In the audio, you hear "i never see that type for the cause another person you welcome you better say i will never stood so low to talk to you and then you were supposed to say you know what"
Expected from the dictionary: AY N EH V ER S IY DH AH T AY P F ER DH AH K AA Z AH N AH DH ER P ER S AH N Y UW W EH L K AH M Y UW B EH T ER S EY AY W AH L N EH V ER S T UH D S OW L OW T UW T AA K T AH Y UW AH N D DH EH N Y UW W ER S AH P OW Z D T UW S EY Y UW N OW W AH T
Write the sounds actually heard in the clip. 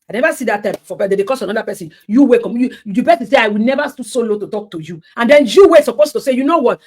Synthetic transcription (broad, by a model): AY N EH V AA S IY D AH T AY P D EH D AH K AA S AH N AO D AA P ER S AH N Y UW W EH K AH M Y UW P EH S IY S EY AY W AH L N EH V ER S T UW S OW L OW T UW T AA K T AH Y UW AH N D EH N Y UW W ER S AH P OW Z T UW S EY Y UW N OW W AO T